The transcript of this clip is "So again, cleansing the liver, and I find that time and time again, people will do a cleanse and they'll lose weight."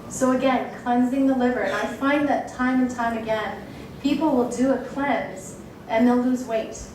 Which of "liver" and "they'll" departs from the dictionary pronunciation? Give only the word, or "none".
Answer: none